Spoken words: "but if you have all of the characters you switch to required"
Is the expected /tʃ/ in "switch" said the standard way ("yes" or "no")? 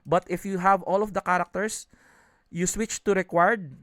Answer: yes